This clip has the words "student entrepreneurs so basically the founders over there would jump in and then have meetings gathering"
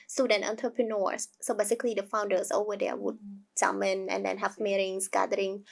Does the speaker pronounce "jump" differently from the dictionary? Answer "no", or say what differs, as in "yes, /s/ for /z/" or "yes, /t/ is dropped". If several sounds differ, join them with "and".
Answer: yes, /p/ is dropped